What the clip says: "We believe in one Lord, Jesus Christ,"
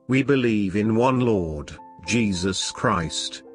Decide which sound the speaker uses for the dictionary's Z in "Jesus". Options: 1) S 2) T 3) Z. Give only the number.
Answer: 3